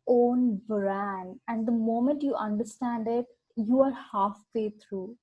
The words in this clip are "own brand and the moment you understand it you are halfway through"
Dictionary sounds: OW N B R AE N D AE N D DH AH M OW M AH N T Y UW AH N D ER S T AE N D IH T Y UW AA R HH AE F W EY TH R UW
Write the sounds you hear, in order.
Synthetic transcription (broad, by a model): OW N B R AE N AE N D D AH M OW M AH N T Y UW AH N D ER S T AE N D IH T Y UW AA R HH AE F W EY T R UW